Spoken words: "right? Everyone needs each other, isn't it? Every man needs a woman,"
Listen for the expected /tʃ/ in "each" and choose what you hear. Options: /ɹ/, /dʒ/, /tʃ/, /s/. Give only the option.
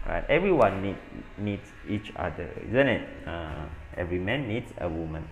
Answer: /tʃ/